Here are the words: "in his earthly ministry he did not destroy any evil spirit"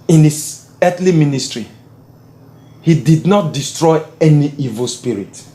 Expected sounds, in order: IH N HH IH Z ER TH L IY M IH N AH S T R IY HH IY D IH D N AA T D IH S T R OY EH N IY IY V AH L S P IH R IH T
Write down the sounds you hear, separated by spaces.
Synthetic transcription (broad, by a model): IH N HH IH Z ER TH L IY M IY N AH S T R IY HH IY D IH D N AA T D IH S T R OY EH N IY IY V AH L S P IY R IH T